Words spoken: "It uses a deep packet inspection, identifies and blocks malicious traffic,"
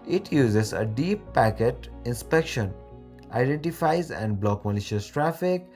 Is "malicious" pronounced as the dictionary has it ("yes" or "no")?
yes